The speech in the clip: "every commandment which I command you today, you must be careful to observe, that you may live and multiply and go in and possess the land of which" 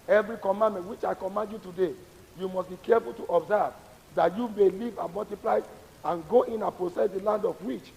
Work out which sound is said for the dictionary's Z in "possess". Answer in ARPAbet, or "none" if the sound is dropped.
S